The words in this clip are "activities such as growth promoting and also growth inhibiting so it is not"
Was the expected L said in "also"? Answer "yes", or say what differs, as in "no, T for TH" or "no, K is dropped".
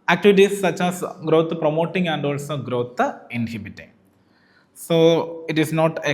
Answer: yes